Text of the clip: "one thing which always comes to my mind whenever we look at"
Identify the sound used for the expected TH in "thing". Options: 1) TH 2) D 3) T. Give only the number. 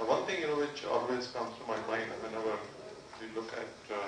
3